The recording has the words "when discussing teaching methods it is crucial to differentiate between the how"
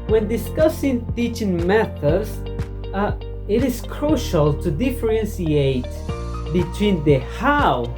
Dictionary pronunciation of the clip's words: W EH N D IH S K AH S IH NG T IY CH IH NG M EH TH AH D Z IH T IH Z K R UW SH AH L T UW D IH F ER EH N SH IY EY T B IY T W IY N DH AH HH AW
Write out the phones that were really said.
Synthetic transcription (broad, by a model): W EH N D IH S K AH S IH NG T IY CH IH NG M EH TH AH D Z IH T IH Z K R UW SH AH L T UW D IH F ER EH N S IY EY T B IY T W IY N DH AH HH AW